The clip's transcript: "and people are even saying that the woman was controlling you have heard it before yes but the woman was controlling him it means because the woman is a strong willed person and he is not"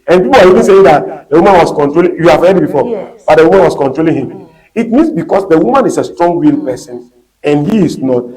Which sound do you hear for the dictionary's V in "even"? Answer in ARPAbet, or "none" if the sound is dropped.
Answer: V